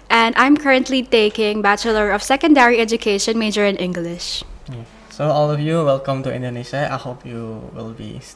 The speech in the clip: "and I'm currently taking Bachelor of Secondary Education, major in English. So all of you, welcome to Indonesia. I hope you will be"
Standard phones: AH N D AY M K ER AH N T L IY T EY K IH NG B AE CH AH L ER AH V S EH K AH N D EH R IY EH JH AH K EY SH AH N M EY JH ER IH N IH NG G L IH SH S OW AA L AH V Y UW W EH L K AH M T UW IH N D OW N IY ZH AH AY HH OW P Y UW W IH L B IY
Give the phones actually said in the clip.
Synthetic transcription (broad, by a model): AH N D AY M K ER AH N T L IY T EY K IH NG B AE CH AH L ER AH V S EH K AH N D EH R IY EH JH AH K EY SH AH N M EY JH ER IH N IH NG G L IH SH S OW AA L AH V Y UW W EH L K AH M T UW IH N D OW N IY SH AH AY HH OW P Y UW W IH L B IY